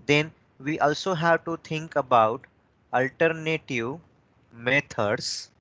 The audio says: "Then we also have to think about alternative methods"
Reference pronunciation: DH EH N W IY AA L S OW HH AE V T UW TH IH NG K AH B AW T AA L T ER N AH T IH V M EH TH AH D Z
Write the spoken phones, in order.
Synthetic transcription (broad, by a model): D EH N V IY AA L S OW HH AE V T UW T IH NG K AH B AW T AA L T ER N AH T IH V M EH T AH D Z